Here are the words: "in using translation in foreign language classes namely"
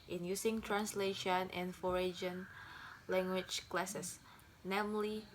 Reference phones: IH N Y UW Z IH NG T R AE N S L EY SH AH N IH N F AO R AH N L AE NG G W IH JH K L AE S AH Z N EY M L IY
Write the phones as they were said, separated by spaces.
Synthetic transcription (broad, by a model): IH N Y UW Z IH NG T R AE N S L EY SH AH N IH N F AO R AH N L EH NG G W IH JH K L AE S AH S N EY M L IY